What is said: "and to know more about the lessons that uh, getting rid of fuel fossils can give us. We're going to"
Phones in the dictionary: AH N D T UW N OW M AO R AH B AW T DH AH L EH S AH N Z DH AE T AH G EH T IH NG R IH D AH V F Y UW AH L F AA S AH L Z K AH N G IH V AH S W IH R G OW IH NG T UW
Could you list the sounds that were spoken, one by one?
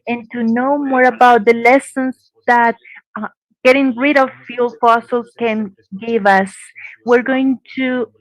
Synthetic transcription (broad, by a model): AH N T UW N OW M AO R AH B AW T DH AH L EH S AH N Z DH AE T G EH T IH NG R IH D AH V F Y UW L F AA S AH L K AH N G IH V AH S W IH R G OW IH NG T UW